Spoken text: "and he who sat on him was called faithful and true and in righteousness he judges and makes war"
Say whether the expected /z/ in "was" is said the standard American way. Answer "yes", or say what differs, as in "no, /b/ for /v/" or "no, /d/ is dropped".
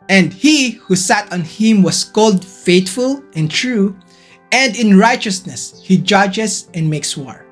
no, /s/ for /z/